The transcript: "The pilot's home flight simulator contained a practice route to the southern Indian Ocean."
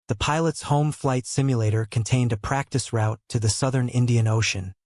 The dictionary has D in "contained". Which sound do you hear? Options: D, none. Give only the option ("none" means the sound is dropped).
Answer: D